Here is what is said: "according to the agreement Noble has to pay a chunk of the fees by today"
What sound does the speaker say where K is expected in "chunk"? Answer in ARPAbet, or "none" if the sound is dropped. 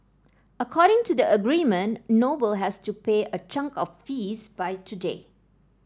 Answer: K